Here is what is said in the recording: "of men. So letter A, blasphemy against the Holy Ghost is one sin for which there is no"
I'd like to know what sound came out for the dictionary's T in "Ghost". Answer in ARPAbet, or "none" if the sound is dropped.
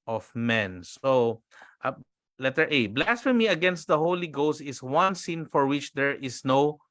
T